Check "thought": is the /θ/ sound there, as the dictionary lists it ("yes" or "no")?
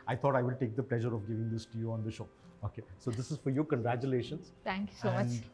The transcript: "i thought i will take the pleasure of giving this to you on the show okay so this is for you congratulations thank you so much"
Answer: no